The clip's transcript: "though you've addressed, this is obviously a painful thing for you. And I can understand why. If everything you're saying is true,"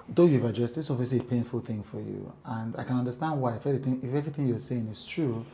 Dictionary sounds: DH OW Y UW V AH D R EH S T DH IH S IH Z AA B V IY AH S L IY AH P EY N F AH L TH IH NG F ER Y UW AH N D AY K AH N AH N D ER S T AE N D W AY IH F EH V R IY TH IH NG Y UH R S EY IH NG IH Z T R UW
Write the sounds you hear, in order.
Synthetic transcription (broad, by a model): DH OW Y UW V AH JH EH S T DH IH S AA V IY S IY P EY N F AH L TH IH NG F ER Y UW AH N D AY K AH N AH N D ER S T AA N D W AY IH F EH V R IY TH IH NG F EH R S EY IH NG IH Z T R UW